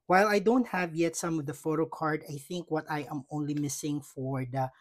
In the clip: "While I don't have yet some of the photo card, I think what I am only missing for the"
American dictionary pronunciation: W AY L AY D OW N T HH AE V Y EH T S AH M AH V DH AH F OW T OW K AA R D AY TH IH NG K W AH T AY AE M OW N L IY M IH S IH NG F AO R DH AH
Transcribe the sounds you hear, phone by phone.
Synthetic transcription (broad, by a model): W AY L AY D OW N T HH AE V Y EH T S AH M AH V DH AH F OW T OW K AA R D AY TH IH NG K W AH T AY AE M OW N L IY M IH S IH NG F AO R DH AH